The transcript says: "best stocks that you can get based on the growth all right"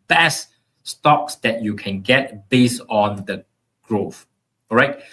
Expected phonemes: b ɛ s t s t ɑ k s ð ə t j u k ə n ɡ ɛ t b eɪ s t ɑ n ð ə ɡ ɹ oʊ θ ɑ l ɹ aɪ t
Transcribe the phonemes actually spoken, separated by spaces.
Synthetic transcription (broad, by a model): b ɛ s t s t ɑ k s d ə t j u k ə n ɡ ɛ t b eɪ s ɑ n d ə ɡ ɹ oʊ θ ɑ ɹ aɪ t